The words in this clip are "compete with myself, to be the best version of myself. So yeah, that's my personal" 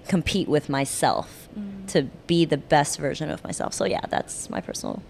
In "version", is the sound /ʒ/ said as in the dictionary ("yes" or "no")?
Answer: yes